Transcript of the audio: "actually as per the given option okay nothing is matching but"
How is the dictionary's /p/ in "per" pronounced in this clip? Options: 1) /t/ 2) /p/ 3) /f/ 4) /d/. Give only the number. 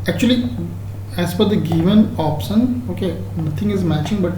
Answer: 3